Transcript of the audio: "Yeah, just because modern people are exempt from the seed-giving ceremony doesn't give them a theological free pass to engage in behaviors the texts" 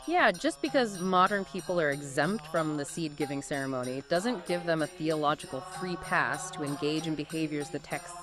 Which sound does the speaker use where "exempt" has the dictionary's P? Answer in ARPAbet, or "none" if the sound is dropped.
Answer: P